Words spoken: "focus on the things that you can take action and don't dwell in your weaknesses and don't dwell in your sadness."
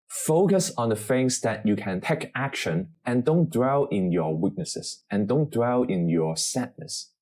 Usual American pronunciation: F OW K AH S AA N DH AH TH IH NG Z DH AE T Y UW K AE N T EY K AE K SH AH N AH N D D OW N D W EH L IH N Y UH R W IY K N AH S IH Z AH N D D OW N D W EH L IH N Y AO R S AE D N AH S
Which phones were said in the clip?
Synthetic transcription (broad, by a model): F OW K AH S AA N DH AH F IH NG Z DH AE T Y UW K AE N T EY K AE K SH AH N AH N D D OW N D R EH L IH N Y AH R W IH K N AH S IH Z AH N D D OW N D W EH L IH N Y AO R S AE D N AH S